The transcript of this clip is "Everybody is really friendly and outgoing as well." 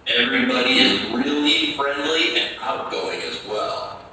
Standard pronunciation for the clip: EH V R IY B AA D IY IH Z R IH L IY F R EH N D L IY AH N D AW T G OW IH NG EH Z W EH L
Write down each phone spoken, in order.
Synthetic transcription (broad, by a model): EH V R IY B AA D IY IH Z R IH L IY F R EH N D L IY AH N AW T G OW IH NG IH Z W EH L